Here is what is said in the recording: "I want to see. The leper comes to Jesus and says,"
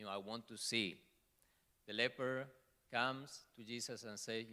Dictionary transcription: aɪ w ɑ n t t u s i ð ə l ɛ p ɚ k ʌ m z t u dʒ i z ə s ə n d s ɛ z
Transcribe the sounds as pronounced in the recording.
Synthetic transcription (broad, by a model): aɪ w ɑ n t t u s i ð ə l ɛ p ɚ k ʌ m s t u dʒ i s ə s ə n s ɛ